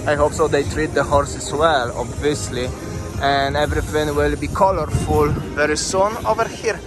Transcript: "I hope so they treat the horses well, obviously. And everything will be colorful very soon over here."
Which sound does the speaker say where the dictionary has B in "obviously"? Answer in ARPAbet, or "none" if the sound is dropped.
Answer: B